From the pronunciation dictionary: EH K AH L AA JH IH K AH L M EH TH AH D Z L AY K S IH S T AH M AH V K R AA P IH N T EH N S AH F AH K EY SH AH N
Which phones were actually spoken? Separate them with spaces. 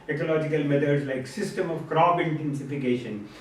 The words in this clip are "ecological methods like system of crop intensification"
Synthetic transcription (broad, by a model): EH K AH L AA JH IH K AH L M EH T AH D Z L AY K S IH S T AH M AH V K R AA B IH N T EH N S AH F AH K EY SH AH N